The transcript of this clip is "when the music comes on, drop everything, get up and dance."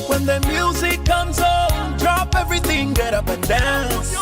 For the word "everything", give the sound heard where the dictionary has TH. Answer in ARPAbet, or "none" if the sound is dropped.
TH